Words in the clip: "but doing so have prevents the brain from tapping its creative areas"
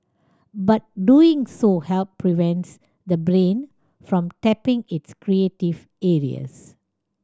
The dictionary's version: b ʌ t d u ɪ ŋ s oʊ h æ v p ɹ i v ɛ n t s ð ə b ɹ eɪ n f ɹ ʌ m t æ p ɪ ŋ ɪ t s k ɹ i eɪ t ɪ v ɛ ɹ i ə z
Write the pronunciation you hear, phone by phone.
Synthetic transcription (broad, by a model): b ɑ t d u ɪ ŋ s oʊ h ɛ p p ɹ i v ɛ n t s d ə b ɹ eɪ n f ɹ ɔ m t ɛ p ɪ ŋ ɪ t s k ɹ i eɪ t ɪ v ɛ ɹ i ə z